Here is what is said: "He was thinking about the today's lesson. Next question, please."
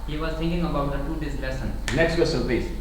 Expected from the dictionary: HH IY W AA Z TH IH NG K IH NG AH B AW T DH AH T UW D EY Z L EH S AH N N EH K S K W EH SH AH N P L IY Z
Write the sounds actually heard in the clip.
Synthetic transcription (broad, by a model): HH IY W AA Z T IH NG K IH NG AH B AW T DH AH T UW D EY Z L EH S AH N N EH K S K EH S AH L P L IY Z